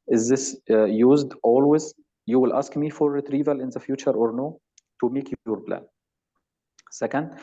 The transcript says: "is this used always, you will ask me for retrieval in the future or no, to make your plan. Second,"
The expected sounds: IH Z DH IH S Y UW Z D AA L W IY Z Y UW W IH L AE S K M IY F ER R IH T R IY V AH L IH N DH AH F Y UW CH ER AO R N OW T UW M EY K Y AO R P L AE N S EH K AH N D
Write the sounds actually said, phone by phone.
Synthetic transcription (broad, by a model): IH Z DH IH S Y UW Z D AA L W IY Z Y UW W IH L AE S K M IY F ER R IH T R IY V AH L IH N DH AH F Y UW CH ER AO R N OW T UW M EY K Y AO R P L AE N S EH K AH N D